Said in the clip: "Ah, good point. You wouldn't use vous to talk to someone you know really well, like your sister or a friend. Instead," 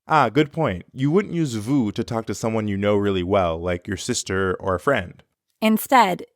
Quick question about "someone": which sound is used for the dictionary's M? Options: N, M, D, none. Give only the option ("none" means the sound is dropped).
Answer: M